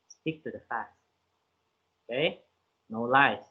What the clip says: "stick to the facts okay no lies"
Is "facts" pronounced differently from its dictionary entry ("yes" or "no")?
yes